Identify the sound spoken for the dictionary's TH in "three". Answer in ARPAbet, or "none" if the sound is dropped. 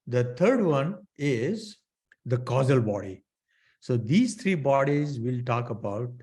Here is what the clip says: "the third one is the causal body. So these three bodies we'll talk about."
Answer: T